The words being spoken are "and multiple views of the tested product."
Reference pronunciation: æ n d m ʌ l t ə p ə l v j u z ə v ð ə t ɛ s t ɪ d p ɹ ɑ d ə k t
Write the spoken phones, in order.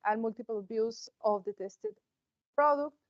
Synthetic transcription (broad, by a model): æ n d m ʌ l t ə p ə l b j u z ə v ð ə t ɛ s t ɪ d p ɹ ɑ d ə k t